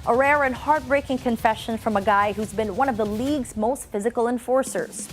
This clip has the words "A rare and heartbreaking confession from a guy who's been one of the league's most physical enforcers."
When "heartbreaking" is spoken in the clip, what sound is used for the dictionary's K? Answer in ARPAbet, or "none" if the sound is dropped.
K